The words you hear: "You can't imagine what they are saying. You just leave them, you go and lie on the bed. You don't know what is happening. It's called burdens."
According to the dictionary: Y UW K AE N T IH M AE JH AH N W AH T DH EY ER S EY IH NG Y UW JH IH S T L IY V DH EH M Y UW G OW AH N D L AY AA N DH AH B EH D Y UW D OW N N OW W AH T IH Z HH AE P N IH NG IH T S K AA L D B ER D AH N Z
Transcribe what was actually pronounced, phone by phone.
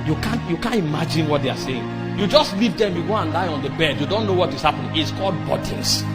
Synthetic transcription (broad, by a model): Y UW K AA N T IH M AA JH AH N W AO T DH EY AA S EY IH NG Y UW JH IH S T L IY V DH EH M Y UW G OW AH N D L AY AA N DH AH B EH D Y UW D OW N N OW W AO T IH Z HH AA P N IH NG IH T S K AA L D B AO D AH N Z